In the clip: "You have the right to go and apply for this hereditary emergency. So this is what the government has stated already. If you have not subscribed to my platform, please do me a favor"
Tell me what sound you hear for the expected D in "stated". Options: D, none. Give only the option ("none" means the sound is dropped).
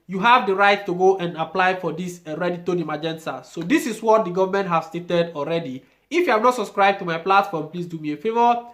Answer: D